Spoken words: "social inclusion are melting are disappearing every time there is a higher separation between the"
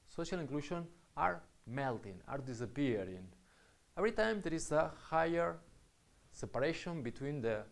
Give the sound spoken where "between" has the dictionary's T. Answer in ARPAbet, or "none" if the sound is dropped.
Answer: T